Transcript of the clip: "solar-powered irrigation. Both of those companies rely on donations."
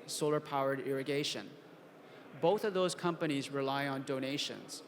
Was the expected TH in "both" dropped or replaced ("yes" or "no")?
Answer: no